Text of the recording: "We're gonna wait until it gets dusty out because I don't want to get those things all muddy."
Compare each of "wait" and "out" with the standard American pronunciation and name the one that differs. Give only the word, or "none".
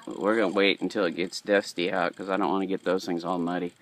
none